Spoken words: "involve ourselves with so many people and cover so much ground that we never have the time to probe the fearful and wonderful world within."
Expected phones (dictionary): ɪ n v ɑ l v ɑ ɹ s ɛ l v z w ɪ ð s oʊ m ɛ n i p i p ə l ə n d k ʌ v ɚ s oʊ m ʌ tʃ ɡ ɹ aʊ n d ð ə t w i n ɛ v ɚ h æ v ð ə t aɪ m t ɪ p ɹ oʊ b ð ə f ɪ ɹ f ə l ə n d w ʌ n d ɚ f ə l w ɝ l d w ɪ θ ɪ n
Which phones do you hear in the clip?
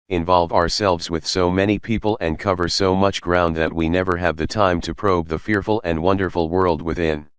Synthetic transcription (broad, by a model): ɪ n v ɑ l v ɑ ɹ s ɛ l v z w ɪ ð s oʊ m ɛ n i p i p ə l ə n k ʌ v ɚ s oʊ m ʌ tʃ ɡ ɹ aʊ n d ð ə t w i n ɛ v ɚ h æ v ð ə t aɪ m t ɪ p ɹ oʊ b ð ə f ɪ ɹ f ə l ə n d w ʌ n d ɚ f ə l w ɝ l d w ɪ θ ɪ n